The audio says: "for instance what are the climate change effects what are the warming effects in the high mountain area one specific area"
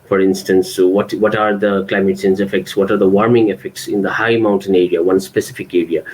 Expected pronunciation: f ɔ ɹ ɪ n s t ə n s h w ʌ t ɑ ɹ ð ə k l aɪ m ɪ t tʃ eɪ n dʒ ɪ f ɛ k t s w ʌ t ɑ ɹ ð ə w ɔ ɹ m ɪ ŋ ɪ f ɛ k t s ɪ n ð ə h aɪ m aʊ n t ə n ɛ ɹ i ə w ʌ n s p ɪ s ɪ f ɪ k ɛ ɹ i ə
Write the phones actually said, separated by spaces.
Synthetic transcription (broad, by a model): f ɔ ɹ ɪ n s t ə n s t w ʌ t ɑ ɹ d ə k l aɪ m ɪ t s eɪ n z ɪ f ɛ k t s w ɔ t ɑ ɹ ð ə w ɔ ɹ m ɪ ŋ ɪ f ɛ k t s ɪ n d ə h aɪ m aʊ n t ə n ɛ ɹ i ə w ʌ n s p ɪ s ɪ f ɪ k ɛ ɹ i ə